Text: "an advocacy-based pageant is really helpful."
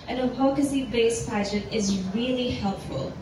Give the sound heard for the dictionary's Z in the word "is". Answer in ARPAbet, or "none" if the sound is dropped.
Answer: Z